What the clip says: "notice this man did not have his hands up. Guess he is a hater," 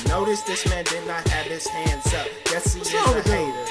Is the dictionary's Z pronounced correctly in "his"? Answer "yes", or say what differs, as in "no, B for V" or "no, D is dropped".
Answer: no, S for Z